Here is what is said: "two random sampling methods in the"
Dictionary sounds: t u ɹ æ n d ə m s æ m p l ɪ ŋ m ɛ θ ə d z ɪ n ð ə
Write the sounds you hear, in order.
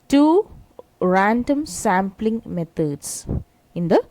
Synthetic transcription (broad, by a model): t u ɹ æ n d ə m s æ m p l ɪ ŋ m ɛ t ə d s ɪ n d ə